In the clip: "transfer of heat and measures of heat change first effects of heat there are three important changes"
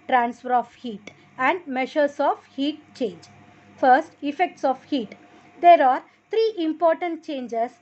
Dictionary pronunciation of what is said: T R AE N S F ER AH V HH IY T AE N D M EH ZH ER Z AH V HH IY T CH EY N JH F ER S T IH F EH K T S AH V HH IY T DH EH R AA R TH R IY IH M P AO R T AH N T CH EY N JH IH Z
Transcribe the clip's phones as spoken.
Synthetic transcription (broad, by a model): T R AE N S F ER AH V HH IY T AE N D M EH SH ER S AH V HH IY T CH EY N JH F ER S T IH F EH K T S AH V HH IY T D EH R AA R T R IY IH M P AO R T AH N T CH EY N JH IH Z